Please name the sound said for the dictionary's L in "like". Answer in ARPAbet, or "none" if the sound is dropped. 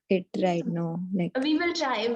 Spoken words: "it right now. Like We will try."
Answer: N